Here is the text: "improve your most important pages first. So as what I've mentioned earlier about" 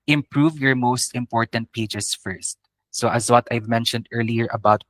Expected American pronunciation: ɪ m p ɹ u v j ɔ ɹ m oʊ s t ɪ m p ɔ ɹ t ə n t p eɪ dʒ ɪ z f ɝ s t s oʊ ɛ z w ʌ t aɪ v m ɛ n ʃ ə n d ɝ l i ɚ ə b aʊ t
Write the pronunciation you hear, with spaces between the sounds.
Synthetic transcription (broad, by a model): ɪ m p ɹ u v j ɔ ɹ m oʊ s t ɪ m p ɔ ɹ t ə n t p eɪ dʒ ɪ s f ɝ s t s oʊ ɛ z w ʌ t aɪ v m ɛ n ʃ ə n d ɝ l i ɚ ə b aʊ t